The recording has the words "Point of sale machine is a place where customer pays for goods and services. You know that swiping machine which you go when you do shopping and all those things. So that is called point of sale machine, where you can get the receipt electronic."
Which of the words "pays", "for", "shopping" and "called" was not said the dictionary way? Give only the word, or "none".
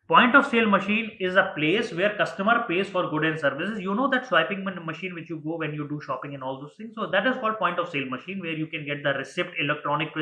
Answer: none